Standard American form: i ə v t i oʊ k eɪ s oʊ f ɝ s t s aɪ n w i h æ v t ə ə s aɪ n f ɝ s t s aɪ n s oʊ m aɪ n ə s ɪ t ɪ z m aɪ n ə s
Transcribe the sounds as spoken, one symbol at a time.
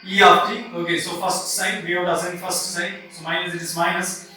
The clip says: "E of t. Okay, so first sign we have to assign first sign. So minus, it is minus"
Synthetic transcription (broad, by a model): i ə p t i oʊ k eɪ s oʊ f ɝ s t s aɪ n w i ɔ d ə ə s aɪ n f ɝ s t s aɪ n s oʊ m aɪ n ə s ɪ t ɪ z m aɪ n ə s